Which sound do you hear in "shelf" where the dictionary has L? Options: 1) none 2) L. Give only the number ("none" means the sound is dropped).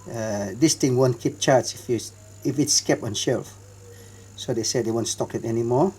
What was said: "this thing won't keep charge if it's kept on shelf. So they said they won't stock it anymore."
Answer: 2